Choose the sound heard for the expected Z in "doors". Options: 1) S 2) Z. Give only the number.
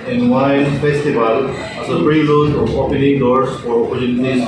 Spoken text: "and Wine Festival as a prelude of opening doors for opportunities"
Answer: 1